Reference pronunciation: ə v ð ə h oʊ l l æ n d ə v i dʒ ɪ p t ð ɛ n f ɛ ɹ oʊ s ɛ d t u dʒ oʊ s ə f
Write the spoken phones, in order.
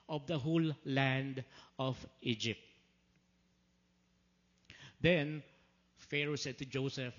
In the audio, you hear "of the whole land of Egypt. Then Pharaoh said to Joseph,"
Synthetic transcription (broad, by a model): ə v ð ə h oʊ l l æ n d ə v i dʒ ɪ p t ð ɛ n f ɛ ɹ oʊ s ɛ d t u dʒ oʊ s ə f